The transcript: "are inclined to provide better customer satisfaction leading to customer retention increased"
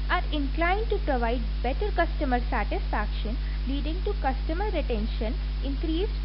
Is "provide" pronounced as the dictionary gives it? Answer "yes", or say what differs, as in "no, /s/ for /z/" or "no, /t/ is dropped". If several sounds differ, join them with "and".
yes